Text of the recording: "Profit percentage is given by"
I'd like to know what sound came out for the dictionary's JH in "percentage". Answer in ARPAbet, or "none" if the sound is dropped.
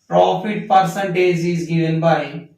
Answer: Z